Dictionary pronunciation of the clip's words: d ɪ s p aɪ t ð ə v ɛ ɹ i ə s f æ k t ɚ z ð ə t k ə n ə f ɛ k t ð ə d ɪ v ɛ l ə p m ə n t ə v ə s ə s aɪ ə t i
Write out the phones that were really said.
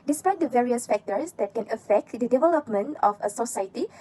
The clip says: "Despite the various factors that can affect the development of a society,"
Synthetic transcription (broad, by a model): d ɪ s p aɪ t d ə v ɛ ɹ i ə s f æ k t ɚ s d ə t k ə n ə f ɛ k t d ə d ɪ v ɛ l ə p m ə n t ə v ə s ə s aɪ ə t i